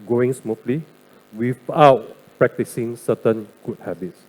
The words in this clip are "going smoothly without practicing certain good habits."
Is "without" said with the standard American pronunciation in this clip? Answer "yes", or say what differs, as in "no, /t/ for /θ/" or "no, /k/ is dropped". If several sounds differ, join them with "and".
no, /f/ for /θ/